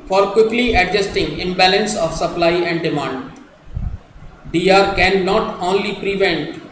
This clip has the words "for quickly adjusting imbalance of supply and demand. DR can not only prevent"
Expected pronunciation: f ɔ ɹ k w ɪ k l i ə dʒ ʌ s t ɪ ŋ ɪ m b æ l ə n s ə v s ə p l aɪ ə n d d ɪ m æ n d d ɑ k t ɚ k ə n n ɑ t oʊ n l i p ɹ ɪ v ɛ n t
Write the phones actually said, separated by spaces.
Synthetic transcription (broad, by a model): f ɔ ɹ k w ɪ k l i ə dʒ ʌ s t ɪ ŋ ɪ m b æ l ə n s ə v s ə p l aɪ ə n d d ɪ m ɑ n d d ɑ t k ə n n ɑ t oʊ n l i p ɹ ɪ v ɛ n t